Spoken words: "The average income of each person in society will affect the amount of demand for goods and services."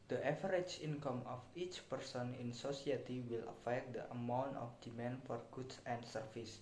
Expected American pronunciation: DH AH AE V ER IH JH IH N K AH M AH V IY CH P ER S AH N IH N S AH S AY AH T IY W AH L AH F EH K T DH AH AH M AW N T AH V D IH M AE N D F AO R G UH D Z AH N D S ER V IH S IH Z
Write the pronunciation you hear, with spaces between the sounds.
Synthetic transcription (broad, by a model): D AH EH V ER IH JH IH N K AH M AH F IY CH P ER S AH N IH N S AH S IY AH T IY W AH L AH F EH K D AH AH M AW N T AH F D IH M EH N F AO R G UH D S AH N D S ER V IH S